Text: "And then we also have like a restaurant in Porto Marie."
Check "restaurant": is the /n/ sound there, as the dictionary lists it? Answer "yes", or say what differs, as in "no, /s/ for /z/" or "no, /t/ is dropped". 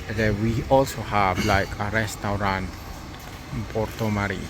no, /n/ is dropped